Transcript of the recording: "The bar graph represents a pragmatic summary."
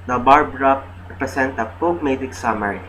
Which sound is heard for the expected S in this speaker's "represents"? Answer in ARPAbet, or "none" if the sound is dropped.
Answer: none